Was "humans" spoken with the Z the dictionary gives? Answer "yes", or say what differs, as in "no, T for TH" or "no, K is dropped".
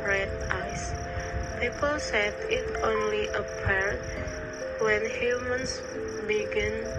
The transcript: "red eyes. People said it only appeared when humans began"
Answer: no, S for Z